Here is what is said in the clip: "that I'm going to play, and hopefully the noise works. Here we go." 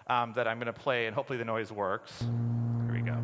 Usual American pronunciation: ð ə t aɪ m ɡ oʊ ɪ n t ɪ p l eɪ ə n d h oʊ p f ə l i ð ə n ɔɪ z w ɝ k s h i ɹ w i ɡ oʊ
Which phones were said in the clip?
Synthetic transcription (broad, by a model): ð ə t aɪ m ɡ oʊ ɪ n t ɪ p l eɪ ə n h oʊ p f l i ð ə n ɔɪ z w ɝ k s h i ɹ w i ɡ oʊ